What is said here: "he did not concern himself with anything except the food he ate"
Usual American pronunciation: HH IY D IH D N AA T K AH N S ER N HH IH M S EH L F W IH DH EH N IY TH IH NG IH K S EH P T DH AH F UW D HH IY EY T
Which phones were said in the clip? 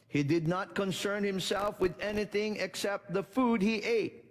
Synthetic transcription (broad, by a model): HH IY D IH D N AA T K AH N S ER N HH IH M S EH L F W IH DH EH N IY TH IH NG IH K S EH P T DH AH F UW D HH IY EY T